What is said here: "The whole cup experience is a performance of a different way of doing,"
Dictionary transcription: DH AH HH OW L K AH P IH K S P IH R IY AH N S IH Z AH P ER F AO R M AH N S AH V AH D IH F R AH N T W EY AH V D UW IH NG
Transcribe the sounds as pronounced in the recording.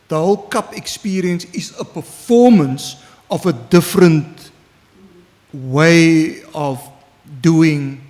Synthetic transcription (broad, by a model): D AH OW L K AH P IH K S P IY R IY AH N S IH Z AH P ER F AO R M AH N S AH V AH D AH F R AH N T W EY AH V D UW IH NG